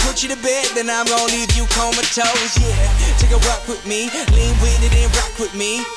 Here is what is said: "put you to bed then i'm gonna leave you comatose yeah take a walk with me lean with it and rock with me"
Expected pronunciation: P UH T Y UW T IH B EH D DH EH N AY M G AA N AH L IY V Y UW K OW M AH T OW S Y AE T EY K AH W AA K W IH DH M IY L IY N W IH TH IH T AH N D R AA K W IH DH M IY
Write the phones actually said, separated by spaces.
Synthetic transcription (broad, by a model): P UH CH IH T IH B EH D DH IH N AY M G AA AH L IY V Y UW K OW M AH T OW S Y AE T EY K AH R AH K W IH DH M IY L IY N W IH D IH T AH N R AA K W IH DH M IY